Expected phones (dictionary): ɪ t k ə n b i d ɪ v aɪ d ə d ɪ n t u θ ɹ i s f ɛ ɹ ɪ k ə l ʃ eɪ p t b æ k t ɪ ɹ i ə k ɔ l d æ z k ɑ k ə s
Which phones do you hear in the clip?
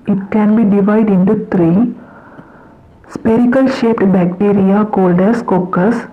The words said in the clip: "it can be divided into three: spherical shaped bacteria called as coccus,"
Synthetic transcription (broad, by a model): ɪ t k ə n b i d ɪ v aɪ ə d ɪ n t u t ɹ i s p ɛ ɹ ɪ k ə l ʃ eɪ p t b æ k t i ɹ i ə k ɔ l d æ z k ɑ k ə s